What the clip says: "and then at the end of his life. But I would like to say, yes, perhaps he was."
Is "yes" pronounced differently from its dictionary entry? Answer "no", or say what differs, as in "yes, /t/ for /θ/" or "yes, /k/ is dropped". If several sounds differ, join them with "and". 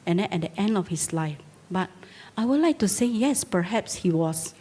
no